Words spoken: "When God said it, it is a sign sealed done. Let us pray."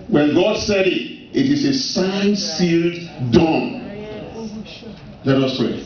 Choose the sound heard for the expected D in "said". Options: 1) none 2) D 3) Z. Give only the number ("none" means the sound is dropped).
2